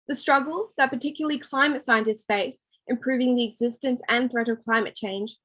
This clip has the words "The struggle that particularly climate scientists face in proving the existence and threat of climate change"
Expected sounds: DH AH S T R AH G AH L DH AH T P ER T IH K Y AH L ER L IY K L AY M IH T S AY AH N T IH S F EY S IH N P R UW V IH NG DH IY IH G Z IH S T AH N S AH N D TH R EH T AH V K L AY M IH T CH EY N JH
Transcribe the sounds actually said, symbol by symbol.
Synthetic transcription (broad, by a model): DH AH S T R AH G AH L DH AH T P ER T IH K Y L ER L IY K L AY M IH T S AY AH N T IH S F EY S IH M P R UW V IH NG DH IY IH G Z IH S T AH N S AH N TH R EH T AH V K L AY M IH T CH EY N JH